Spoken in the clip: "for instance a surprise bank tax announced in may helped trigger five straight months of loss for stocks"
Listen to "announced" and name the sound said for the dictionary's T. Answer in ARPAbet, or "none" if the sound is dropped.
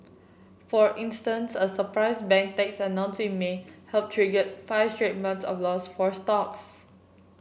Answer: none